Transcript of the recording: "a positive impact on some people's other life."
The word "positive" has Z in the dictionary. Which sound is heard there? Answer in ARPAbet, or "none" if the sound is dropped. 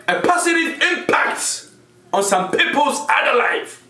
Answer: S